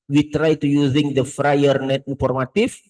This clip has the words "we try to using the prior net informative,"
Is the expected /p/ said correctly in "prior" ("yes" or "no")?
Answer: no